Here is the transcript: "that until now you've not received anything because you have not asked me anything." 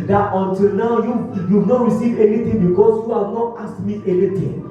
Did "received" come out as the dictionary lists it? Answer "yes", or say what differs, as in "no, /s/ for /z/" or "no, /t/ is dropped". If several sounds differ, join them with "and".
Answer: no, /d/ is dropped